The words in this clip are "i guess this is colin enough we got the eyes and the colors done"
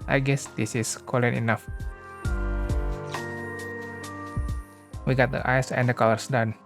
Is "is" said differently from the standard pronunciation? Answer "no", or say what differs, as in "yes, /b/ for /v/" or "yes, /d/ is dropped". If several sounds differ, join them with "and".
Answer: yes, /s/ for /z/